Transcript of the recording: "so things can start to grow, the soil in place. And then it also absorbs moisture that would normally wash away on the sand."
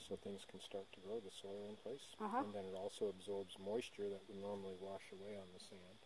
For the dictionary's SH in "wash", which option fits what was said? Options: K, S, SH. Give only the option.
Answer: SH